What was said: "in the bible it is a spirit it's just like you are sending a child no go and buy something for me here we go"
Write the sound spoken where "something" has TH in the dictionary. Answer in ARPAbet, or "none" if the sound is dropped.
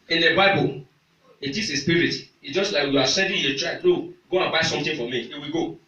T